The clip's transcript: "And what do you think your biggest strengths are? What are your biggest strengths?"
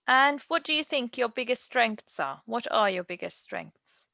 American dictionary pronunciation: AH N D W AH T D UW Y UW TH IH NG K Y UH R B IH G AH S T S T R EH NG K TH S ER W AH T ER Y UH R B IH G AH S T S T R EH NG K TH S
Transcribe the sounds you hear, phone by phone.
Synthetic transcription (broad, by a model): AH N W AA T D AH Y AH TH IH NG K Y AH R B IH G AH S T S T R EH NG K TH S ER W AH T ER Y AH B IH G AH S T S T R EH NG K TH S